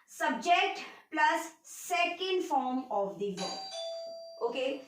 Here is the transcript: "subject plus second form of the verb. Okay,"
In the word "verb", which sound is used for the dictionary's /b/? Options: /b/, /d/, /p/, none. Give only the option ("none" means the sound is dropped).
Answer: none